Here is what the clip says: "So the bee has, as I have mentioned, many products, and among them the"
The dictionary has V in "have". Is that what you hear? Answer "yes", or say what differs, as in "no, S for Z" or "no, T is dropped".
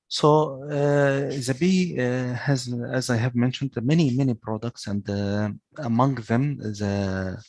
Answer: yes